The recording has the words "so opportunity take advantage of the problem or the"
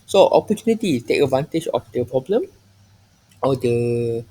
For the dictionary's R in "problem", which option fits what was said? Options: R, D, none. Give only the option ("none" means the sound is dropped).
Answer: R